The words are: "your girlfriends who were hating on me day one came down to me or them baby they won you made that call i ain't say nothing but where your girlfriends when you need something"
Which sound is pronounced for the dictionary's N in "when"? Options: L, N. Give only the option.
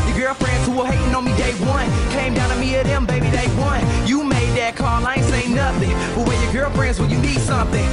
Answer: L